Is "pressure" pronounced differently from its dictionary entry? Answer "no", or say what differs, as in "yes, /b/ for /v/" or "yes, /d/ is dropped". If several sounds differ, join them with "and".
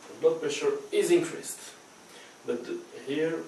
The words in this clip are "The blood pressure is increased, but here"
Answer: yes, /ɹ/ is dropped